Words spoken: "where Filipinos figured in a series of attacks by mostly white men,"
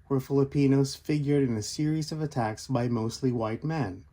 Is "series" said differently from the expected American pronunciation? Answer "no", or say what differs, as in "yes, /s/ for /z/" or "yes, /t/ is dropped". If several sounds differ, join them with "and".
no